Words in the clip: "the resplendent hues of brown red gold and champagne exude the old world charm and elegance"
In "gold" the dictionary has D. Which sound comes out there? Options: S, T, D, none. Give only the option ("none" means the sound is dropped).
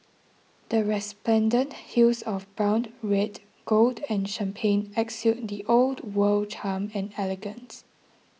D